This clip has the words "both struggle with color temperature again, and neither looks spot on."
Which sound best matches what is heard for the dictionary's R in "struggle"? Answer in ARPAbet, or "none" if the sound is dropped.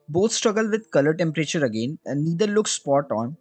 R